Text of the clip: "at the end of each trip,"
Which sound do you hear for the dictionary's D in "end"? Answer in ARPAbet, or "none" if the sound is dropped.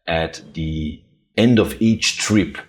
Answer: D